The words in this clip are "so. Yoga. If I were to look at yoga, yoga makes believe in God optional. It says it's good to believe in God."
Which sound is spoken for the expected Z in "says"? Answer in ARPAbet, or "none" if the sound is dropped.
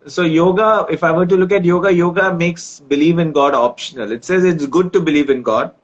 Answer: Z